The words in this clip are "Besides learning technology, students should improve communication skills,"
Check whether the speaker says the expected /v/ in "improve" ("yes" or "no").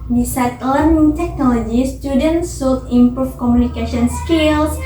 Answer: no